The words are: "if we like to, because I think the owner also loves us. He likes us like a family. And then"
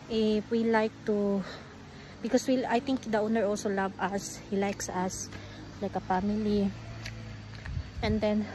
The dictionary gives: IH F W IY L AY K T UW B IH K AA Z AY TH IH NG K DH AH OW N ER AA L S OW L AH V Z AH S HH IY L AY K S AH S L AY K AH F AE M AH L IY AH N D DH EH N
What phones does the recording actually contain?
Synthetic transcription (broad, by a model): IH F W IY L AY K T UW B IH K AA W AY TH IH NG K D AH OW N ER AA L S OW L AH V AH S HH IY L AY K S AH S L AY K AH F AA M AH L IY AH N D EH N